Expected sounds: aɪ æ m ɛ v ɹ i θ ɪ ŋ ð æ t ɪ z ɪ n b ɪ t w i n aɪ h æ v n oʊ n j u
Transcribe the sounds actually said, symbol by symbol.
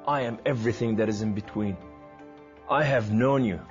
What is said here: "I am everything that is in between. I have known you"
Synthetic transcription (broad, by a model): aɪ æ m ɛ v ɹ i θ ɪ ŋ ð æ t ɪ z ɪ n b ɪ t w i n aɪ h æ v n oʊ n j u